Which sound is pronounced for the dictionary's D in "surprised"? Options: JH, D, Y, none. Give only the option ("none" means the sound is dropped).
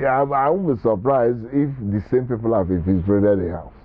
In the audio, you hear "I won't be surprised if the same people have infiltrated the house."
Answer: none